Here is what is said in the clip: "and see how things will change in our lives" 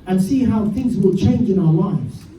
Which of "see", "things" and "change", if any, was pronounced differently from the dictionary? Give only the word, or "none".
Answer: none